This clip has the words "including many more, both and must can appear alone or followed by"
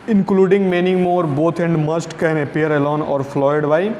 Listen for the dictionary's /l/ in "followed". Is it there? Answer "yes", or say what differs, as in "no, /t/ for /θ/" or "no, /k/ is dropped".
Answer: no, /l/ is dropped